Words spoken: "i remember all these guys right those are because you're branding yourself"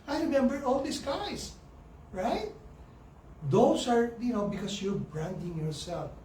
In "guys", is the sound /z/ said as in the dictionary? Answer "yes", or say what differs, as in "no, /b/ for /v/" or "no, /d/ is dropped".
no, /s/ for /z/